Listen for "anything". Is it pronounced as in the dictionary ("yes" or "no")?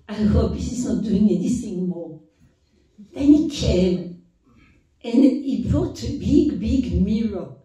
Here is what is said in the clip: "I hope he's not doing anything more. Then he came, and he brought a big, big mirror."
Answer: no